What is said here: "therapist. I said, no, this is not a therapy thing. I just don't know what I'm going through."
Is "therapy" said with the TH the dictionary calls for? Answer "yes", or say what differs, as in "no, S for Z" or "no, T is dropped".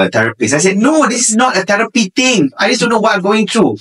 no, T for TH